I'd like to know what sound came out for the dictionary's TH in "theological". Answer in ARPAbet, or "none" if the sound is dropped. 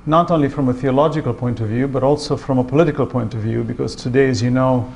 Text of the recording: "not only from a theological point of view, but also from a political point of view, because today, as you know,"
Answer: TH